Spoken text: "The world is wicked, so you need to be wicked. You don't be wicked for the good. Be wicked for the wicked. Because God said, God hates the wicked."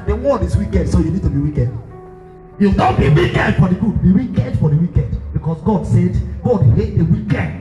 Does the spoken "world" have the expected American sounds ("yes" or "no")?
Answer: no